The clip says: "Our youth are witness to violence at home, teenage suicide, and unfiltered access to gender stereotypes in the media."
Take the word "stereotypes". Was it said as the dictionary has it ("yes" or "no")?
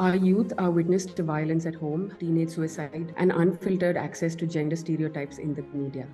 yes